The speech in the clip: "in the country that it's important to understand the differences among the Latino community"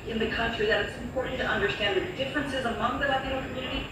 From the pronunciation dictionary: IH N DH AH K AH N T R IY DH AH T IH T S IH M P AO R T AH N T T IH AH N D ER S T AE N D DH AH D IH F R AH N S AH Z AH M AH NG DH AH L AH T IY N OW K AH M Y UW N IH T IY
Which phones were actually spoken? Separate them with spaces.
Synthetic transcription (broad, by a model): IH N DH AH K AH N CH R IY DH AH T IH T S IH M P AO R T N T T IH AH N D ER S T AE N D DH AH D IH F R AH N S AH Z AH M AH NG DH AH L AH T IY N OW K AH M Y UW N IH T IY